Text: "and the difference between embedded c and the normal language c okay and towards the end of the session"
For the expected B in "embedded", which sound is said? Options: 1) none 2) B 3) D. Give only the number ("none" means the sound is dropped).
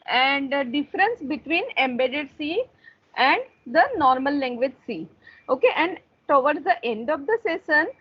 2